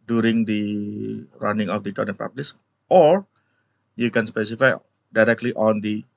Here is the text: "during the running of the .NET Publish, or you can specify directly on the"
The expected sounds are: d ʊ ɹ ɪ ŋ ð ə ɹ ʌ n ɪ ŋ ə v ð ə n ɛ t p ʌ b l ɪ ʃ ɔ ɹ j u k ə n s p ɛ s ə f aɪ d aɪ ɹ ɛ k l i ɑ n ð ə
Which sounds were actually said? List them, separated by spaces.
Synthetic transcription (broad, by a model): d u ɹ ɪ ŋ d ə ɹ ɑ n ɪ ŋ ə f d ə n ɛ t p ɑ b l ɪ s ɔ ɹ j u k ə n s p ɛ s ə f aɪ d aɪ ɹ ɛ k l i ɑ n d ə